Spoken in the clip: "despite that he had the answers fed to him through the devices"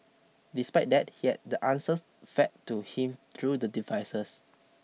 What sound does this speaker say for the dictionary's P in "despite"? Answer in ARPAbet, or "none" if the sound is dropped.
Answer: P